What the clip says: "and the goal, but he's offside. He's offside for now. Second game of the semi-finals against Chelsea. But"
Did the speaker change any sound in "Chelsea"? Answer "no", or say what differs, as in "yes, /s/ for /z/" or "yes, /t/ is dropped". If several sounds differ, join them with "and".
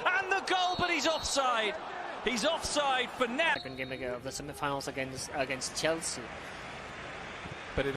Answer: no